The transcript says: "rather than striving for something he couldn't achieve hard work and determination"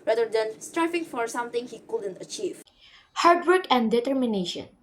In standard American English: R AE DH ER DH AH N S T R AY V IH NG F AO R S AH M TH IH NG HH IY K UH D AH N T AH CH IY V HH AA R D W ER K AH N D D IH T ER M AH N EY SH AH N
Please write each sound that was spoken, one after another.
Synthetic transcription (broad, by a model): R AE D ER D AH N S T R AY F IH NG F AO R S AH M T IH NG HH IY K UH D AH N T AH CH IY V HH AA R D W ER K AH N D D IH T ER M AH N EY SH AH N